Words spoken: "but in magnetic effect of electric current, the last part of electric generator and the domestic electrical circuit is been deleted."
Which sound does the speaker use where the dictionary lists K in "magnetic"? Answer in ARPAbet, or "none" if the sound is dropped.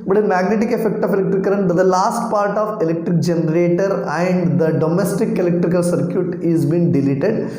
K